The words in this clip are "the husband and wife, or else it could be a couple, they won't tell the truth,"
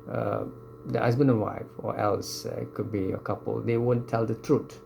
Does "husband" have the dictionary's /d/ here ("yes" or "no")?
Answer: no